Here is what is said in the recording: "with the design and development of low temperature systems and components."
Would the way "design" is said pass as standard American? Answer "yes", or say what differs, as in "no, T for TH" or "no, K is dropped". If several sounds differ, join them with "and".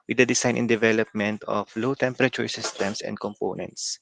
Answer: no, S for Z